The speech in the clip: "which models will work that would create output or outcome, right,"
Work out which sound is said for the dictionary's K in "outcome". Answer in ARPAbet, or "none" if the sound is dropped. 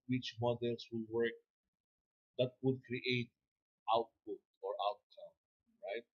none